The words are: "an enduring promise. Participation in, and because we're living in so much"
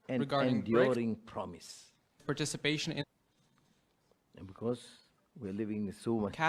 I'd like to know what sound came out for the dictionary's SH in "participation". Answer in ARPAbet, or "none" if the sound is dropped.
SH